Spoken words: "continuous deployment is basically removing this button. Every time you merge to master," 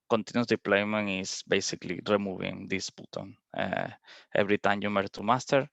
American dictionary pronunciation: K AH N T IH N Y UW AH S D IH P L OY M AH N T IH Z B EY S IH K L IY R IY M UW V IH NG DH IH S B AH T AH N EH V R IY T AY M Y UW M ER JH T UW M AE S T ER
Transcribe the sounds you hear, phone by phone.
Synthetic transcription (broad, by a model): K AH N T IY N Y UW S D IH P L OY M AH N IH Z B EY S IH K L IY R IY M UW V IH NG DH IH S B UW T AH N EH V R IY T AY M Y UW M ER T UW M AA S T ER